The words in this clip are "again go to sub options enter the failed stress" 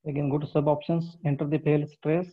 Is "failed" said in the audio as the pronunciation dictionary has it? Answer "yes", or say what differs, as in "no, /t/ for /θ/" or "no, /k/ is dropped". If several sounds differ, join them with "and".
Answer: no, /p/ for /f/